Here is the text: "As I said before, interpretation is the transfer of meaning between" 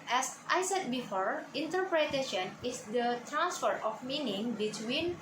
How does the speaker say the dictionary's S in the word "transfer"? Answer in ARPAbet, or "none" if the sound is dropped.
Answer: S